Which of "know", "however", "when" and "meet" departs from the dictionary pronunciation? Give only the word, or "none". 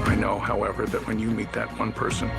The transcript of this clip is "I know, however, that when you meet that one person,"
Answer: none